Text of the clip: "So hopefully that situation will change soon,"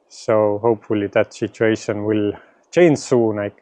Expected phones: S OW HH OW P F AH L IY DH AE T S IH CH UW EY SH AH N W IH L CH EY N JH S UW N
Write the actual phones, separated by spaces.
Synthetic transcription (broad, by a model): S OW HH OW P F AH L IY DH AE T S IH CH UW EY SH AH N W IH L CH EY N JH S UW N